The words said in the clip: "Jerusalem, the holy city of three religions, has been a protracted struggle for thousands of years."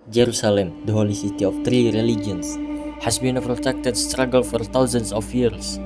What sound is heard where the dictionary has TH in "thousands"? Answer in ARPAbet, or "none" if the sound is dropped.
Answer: T